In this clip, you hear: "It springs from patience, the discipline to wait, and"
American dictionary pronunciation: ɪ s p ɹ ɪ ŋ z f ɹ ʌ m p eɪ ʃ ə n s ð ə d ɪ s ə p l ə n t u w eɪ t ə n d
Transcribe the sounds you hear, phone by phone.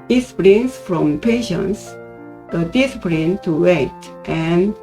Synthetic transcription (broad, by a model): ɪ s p l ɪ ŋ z f ɹ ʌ m p eɪ ʃ ə n s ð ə d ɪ s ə p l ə n t u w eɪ t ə n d